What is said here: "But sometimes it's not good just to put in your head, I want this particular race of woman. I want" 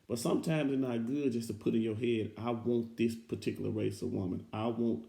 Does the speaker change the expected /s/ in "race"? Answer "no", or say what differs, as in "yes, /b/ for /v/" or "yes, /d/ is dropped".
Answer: no